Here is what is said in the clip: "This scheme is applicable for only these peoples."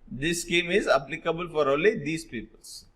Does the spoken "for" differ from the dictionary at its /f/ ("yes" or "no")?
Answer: no